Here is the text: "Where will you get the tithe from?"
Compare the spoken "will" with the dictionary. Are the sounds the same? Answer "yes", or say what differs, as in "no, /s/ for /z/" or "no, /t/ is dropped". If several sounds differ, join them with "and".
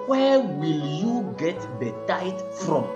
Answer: yes